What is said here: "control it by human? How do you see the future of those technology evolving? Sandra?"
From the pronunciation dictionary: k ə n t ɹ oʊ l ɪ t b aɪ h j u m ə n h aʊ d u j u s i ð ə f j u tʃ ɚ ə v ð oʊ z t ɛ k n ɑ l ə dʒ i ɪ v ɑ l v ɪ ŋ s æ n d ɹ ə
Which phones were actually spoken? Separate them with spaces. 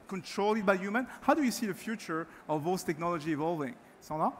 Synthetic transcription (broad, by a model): k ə n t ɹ oʊ l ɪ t b aɪ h j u m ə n h aʊ d u j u s i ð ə f j u tʃ ɚ ə v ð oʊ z t ɛ k n ɑ l ə dʒ i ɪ v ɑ l v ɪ ŋ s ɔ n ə